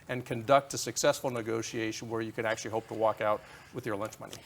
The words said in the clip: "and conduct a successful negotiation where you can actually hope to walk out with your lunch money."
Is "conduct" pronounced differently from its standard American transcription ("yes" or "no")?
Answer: no